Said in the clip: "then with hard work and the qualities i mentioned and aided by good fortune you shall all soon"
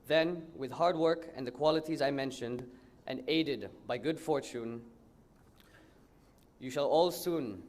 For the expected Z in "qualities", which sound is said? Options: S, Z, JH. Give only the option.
Z